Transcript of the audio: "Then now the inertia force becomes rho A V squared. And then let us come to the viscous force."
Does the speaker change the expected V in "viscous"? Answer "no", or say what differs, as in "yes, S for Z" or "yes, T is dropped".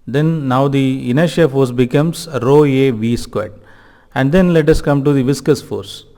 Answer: no